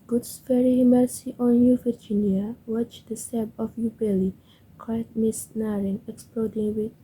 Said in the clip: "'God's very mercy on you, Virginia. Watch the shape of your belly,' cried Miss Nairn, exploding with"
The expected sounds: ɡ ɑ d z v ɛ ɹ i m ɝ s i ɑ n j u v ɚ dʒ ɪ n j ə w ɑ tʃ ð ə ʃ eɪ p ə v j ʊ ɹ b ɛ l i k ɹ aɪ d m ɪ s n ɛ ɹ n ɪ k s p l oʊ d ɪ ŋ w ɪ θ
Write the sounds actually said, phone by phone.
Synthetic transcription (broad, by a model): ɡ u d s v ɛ ɹ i m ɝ s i ɑ n j u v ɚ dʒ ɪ n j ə w ɑ tʃ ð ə s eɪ b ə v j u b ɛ l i k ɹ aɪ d m ɪ s n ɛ ɹ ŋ ɪ k s p l oʊ d ɪ ŋ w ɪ